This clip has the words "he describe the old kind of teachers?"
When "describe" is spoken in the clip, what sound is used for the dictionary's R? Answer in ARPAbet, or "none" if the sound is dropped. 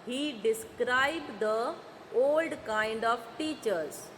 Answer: R